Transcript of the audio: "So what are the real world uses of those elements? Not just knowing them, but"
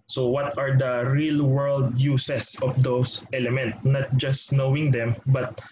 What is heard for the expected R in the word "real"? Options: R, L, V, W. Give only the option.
R